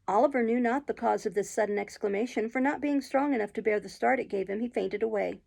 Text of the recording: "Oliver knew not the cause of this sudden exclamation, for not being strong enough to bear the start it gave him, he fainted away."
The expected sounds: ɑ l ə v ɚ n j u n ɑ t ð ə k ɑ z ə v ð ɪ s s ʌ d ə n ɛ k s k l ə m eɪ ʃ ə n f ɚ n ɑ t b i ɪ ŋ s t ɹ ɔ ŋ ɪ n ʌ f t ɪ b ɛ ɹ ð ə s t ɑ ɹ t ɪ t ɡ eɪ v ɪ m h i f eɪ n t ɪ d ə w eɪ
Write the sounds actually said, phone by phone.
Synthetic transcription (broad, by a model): ɑ l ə v ɚ n j u n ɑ t ð ə k ɑ z ə v ð ɪ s s ʌ d n ɛ k s k l ə m eɪ ʃ ə n f ɚ n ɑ t b i ɪ ŋ s t ɹ ɔ ŋ ɪ n ʌ f t ɪ b ɛ ɹ ð ə s t ɑ ɹ t ɪ t ɡ eɪ v ɪ m i f eɪ n t ɪ d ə w eɪ